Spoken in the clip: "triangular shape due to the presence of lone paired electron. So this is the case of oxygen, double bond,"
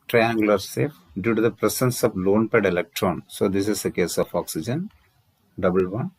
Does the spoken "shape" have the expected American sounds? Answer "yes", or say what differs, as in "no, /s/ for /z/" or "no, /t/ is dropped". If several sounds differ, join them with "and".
no, /s/ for /ʃ/